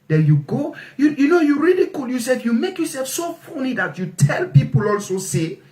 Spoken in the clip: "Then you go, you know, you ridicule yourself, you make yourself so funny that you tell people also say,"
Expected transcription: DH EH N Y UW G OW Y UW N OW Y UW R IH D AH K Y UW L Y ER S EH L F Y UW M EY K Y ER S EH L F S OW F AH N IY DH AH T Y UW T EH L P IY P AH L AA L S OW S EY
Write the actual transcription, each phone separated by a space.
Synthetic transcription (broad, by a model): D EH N Y UW G OW Y UW N OW Y UW R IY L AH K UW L Y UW S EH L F Y UW M EY K Y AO S EH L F S OW F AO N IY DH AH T Y UW T EH L P IY P AH L AA L S OW S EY